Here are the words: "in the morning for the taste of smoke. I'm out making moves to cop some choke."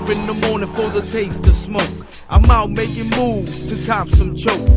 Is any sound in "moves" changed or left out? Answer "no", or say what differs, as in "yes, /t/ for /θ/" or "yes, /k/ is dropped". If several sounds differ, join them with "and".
no